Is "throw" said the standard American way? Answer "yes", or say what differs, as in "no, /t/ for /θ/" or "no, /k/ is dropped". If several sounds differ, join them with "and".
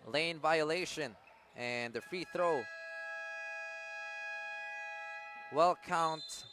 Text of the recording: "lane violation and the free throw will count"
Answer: yes